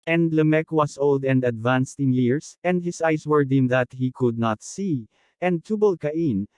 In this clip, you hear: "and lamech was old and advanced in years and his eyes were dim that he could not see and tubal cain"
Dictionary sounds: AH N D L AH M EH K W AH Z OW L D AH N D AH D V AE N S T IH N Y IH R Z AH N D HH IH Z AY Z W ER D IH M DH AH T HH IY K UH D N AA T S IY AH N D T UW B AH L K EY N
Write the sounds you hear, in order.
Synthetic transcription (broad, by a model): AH N D L AH M EH K W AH S OW L D AH N D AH D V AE N S T IH N Y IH R S AH N D HH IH S AY S W ER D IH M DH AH T HH IY K UH D N AA T S IY AH N D T UW B AH L K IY N